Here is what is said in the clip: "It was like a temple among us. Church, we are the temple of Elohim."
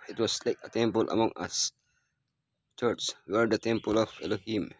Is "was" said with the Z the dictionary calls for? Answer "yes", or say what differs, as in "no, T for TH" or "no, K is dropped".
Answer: no, S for Z